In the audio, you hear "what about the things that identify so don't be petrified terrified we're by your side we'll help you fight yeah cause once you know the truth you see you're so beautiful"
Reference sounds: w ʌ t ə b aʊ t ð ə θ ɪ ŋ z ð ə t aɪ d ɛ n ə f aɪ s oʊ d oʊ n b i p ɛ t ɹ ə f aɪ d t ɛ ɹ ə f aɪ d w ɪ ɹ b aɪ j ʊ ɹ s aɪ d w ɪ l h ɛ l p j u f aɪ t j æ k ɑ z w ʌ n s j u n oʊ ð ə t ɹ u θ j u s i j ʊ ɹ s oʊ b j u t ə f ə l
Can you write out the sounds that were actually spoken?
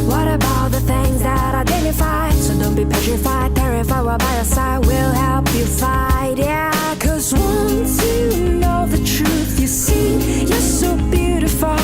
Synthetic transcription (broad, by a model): w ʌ t ə b aʊ t ð ə θ ɪ ŋ z ð ə t aɪ d ɛ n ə f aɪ s oʊ d oʊ n b i p ɛ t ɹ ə f aɪ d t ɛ ɹ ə f aɪ w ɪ l b aɪ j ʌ ɹ s aɪ d w ɪ l h ɛ l p j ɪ f aɪ t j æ k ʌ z w ʌ n s j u n oʊ ð ə t ɹ u θ j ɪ s i j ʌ ɹ s oʊ b j u t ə f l